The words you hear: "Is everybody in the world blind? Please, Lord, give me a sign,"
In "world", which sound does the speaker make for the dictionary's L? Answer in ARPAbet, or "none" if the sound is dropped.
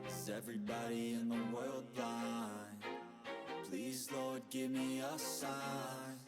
L